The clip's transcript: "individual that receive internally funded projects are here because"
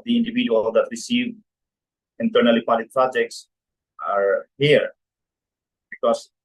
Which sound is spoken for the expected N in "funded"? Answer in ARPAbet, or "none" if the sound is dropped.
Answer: none